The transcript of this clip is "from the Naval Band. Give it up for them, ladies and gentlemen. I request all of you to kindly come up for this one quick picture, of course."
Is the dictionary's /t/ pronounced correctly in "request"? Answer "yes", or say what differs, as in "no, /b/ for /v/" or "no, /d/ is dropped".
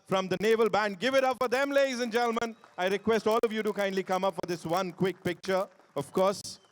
yes